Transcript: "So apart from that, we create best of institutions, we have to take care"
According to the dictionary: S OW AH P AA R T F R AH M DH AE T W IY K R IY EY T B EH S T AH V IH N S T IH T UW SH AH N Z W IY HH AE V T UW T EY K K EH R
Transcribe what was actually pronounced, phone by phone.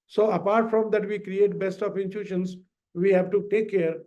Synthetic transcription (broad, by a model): S OW AH P AA R T F R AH M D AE T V IY K R IY EY T B EH S T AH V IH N T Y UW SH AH N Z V IY HH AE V T UW T EY K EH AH R